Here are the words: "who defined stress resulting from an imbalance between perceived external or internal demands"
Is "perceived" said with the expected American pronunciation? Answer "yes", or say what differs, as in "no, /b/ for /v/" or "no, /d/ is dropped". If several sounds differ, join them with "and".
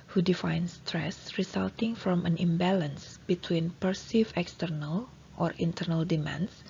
no, /d/ is dropped